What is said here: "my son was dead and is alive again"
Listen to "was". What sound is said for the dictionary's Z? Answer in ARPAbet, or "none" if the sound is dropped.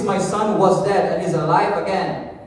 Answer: Z